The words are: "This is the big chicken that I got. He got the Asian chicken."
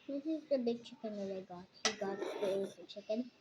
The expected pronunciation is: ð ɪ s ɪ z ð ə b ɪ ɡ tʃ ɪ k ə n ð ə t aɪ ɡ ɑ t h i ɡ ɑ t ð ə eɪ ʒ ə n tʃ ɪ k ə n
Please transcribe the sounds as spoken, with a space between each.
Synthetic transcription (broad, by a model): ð ɪ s ɪ z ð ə b ɪ ɡ tʃ ɪ k ə n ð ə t aɪ ɡ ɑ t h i ɡ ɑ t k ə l z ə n tʃ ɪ k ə n